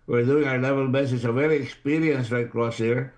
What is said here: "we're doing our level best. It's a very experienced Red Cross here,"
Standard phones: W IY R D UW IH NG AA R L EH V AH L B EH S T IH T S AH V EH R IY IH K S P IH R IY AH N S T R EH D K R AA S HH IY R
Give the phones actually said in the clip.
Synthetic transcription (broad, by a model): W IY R D UW IH NG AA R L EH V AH L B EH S IH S AH V EH R IY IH K S P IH R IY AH N S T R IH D K R AA S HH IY R